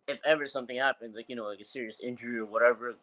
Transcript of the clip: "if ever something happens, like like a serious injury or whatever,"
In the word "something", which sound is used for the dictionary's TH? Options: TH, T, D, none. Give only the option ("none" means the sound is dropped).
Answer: TH